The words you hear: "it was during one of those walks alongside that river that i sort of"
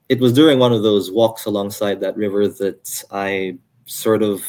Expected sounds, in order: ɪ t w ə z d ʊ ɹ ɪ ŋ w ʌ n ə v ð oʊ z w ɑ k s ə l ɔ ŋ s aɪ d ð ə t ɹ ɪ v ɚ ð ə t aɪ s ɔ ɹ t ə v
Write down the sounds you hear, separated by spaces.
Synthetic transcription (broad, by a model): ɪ t w ə z d ʊ ɹ ɪ ŋ w ʌ n ə v ð oʊ z w ɑ k s ə l ɔ ŋ s aɪ d ð ə t ɹ ɪ v ɚ ð ə t aɪ s ɔ ɹ t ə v